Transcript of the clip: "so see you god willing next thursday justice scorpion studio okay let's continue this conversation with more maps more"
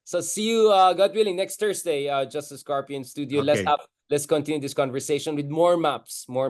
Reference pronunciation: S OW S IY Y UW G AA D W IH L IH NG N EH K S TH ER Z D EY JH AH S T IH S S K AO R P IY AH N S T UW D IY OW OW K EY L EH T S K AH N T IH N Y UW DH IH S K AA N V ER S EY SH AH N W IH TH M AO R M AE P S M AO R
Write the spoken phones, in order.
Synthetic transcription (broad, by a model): S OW S IY Y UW G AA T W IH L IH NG N EH K S T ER S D EY JH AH S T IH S S K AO R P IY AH N S T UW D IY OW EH EY L EH T S K AH N T IH N Y UW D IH S K AA N V ER S EY SH AH N W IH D M AO R M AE P S M AO R